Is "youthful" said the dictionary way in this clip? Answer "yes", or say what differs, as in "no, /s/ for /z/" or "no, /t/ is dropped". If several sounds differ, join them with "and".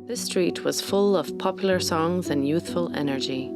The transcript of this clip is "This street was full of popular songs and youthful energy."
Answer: yes